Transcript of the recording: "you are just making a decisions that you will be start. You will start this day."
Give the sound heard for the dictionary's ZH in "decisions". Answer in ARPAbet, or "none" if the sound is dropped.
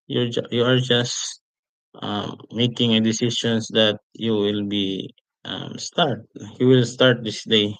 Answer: SH